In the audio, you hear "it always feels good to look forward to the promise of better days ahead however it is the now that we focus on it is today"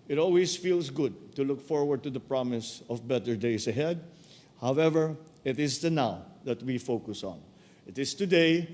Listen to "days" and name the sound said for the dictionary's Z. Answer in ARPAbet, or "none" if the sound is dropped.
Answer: S